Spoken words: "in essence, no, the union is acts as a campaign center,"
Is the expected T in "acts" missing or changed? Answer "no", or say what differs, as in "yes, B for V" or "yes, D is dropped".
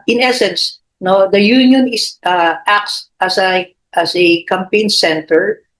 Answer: yes, S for T